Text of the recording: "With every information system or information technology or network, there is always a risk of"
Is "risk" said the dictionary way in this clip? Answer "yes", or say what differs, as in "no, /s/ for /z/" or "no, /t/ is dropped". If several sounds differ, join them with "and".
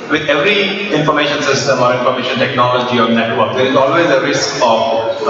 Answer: yes